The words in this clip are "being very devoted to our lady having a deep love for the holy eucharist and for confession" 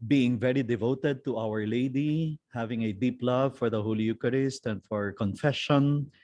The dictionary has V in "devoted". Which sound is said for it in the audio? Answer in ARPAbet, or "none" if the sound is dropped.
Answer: V